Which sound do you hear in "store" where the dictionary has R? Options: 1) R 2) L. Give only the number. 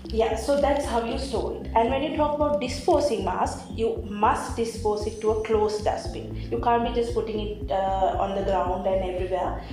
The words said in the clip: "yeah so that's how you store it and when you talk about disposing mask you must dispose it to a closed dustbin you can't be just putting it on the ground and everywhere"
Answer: 2